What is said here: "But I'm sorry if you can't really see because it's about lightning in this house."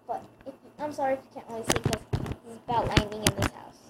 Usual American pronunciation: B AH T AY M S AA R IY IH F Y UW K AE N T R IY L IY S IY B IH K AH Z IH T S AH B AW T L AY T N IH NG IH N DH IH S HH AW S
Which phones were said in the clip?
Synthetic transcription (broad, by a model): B AH T AY M S AA R IY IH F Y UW K AE N T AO IY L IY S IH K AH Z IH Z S AH B AW T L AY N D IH NG IH N DH IH S HH AW S